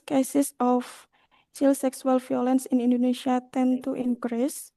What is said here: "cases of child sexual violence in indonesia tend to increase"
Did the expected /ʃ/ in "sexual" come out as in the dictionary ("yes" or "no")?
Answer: no